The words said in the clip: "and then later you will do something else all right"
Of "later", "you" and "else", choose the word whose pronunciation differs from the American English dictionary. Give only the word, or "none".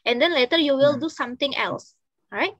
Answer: none